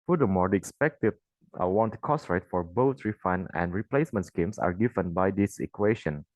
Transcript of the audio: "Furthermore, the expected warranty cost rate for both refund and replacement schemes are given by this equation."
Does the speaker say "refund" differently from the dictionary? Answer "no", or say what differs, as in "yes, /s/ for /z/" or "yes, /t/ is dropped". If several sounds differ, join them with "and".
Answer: yes, /d/ is dropped